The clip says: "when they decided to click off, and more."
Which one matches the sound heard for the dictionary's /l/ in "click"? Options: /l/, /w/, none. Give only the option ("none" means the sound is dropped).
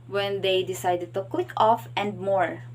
/w/